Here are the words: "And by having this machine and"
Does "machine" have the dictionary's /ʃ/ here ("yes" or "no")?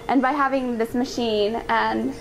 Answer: yes